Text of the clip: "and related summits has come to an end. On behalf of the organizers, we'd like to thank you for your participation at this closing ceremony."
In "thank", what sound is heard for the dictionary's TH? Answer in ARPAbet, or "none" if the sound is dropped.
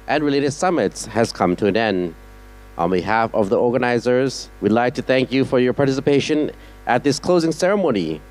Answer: TH